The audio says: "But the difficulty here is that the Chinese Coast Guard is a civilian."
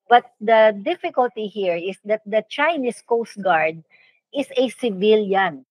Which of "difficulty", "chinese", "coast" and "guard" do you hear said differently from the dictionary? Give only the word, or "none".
chinese